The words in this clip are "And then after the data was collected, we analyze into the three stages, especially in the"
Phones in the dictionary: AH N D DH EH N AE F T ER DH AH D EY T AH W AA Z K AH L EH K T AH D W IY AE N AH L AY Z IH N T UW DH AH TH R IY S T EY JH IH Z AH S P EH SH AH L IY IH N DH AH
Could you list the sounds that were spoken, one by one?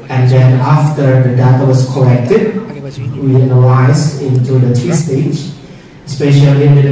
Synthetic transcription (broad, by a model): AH N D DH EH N AE F T ER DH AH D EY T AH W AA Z K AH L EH K T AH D W IY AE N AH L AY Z IH N T UW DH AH T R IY S T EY IH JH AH S P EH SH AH L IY IH N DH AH